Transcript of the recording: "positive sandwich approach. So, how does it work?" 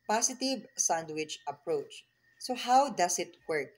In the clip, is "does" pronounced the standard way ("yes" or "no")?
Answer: no